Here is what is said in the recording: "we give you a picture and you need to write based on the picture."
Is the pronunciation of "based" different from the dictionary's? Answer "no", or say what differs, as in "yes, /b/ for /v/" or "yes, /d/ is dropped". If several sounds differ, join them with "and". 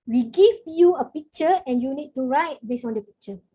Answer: yes, /t/ is dropped